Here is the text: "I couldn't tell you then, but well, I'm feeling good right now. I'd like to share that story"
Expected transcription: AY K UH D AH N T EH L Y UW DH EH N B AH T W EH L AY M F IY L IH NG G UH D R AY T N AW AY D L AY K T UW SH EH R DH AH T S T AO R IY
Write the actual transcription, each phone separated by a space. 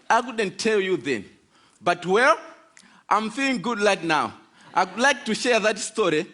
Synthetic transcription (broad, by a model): AY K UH D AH N T EH L Y UW DH EH N B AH T W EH L AY M F IY L IH NG G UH D L AY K N AW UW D L AY K T UW SH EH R DH AH T S T AO R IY